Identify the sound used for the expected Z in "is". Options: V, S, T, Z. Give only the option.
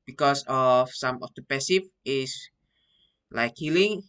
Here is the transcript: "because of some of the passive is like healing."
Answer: S